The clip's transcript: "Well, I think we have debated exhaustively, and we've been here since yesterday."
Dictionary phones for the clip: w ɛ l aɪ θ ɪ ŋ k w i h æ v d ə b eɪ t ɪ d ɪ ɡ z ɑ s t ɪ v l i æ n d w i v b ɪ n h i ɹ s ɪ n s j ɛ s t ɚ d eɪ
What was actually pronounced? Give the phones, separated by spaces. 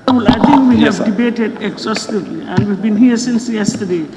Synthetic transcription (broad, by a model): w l aɪ t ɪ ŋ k w i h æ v d ə b eɪ t ɪ d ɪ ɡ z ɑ s t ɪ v l i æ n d w i v b ɪ n h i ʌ s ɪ n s j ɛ s t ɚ d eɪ